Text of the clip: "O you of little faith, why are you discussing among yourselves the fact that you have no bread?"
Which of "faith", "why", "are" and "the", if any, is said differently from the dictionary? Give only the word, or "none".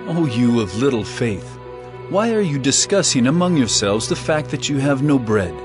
none